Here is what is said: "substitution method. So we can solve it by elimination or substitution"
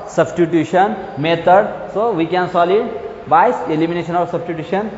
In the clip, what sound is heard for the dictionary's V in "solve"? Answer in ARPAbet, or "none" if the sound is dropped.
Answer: none